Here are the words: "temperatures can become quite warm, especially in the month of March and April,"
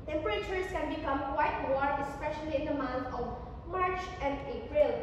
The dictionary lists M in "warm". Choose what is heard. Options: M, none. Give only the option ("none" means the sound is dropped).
none